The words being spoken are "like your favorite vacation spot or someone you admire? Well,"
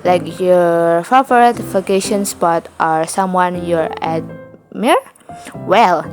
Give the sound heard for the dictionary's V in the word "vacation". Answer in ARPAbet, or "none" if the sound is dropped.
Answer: F